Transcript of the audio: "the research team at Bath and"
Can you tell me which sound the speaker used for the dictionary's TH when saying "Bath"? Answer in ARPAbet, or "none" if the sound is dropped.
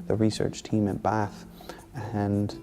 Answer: TH